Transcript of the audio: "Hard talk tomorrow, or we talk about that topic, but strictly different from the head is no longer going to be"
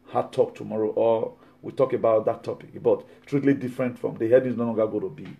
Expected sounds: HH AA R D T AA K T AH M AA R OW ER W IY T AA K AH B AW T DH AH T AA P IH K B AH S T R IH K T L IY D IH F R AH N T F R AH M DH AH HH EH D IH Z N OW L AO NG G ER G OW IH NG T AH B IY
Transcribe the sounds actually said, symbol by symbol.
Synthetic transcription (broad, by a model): HH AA T AA K T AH M AA R OW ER W IY T AA K AH B AW T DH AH T AA P IH K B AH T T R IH T L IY D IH F R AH N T F R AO M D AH HH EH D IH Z N OW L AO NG G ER G OW T AH B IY